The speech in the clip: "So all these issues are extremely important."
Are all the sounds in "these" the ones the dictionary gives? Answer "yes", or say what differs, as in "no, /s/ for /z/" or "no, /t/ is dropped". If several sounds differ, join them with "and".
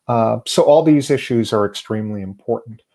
yes